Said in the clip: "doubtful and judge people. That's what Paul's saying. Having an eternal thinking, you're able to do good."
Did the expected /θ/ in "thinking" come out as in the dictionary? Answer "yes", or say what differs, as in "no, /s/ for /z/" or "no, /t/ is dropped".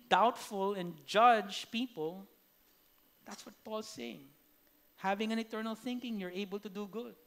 yes